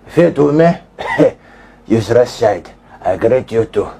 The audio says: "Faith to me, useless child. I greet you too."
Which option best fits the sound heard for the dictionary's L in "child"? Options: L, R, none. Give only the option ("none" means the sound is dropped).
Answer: none